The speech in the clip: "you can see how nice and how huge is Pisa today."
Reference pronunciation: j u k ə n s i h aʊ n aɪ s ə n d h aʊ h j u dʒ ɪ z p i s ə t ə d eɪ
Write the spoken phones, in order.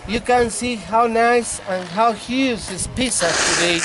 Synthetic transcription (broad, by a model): j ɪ k ə n s i h aʊ n aɪ s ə n h aʊ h j u z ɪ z p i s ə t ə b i